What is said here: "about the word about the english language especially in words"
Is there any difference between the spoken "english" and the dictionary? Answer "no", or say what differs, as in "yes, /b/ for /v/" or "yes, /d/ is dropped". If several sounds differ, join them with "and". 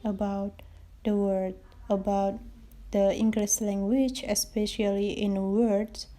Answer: yes, /s/ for /ʃ/